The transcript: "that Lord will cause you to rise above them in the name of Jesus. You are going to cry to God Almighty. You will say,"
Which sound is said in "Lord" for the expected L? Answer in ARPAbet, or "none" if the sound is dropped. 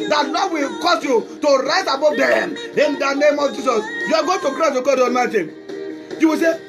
N